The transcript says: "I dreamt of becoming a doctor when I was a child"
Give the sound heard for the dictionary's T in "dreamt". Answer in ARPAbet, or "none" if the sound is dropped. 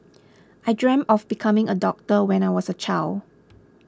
none